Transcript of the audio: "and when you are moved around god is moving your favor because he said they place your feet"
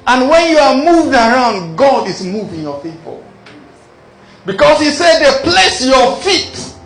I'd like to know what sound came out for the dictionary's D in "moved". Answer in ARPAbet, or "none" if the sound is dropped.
D